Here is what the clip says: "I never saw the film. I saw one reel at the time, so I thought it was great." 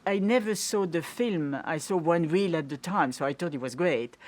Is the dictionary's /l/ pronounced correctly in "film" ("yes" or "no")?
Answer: yes